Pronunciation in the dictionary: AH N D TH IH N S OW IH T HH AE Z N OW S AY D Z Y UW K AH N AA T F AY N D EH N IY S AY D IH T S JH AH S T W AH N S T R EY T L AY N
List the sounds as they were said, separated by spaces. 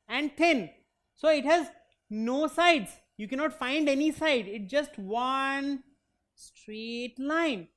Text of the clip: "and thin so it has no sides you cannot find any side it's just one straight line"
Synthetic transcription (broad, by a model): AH N D T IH N S OW IH T HH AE Z N OW S AY D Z Y UW K AH N AA T F AY N D EH N IY S AY D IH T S JH AH S T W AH N S T R EY T L AY N